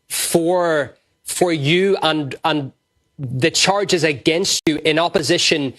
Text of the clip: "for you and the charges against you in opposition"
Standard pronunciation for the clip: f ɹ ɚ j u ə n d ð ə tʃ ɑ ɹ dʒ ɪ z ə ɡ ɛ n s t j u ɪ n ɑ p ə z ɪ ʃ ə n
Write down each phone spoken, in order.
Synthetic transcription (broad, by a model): f ɹ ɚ j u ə n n ð ə tʃ ɑ ɹ dʒ ɪ z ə ɡ ɛ n s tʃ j ɪ n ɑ p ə z ɪ ʃ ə n